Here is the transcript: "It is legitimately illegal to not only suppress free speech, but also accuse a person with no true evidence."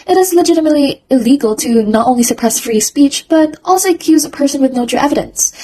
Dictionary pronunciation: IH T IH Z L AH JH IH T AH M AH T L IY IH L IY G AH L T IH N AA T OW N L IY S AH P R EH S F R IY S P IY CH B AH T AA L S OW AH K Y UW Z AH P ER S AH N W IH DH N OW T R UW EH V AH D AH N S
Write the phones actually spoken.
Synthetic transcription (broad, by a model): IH T IH Z L AH JH IH T AH M AH T L IY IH L IY G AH L T IH N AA T OW N L IY S AH P R EH S F R IY S P IY CH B AH T AA L S OW AH K Y UW Z AH P ER S AH N W IH DH N OW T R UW EH V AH D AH N S